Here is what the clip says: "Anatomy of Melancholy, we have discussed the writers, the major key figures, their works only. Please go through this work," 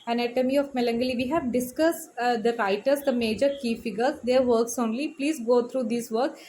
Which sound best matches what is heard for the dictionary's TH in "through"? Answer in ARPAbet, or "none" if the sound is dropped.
T